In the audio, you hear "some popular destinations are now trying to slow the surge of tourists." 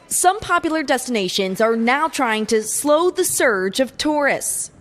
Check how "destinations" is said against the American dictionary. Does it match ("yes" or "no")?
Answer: yes